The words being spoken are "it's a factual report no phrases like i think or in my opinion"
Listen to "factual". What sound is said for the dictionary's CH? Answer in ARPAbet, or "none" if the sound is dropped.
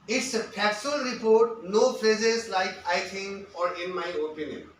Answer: none